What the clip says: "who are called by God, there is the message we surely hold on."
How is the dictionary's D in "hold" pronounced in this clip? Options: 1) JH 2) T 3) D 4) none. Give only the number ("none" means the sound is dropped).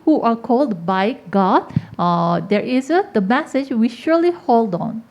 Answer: 3